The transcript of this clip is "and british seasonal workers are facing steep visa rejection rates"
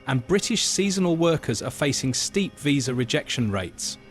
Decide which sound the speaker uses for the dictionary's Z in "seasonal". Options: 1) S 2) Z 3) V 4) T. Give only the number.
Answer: 2